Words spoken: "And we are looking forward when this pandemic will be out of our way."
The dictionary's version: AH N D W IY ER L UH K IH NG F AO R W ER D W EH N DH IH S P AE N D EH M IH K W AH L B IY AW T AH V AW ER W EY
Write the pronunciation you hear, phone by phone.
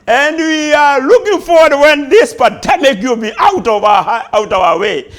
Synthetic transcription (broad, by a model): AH N D W IY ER L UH K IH NG F AO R W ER D W EH N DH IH S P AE D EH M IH K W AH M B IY AW T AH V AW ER W EY